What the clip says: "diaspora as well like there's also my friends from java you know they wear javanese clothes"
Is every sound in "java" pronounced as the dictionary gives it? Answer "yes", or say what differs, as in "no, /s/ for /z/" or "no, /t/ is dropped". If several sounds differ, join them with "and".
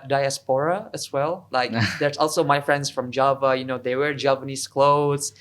yes